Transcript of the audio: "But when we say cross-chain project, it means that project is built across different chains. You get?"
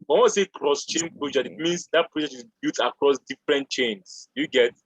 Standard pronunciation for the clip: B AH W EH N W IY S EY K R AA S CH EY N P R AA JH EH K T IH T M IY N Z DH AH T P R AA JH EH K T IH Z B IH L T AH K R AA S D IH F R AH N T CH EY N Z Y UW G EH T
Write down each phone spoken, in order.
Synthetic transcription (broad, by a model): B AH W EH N S EY K R AA S CH EY N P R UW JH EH IH T M IY N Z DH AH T P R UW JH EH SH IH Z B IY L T AH K R AA S D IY F R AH N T CH EY N S Y UW G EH T